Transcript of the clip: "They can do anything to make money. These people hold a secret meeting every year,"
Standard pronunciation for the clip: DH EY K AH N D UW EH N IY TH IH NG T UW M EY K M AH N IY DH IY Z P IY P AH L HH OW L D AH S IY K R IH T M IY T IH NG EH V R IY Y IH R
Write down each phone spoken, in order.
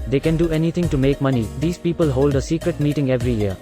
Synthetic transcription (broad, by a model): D EY K AH N D UW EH N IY T IH NG T UW M EY K M AH N IY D IY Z P IY P AH L HH OW L D AH S IY K R IH T M IY T IH NG EH V R IY Y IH R